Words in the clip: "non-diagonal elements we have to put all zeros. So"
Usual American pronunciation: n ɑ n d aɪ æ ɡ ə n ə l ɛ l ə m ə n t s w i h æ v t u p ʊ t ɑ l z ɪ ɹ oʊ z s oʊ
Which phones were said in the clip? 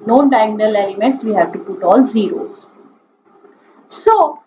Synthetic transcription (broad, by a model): n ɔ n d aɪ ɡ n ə l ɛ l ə m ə t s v i h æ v t u p ʊ t ɑ l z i ɹ oʊ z s oʊ